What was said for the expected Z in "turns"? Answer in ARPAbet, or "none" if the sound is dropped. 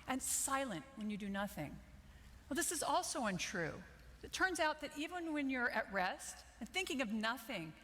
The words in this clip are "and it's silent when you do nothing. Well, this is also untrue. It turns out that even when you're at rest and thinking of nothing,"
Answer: Z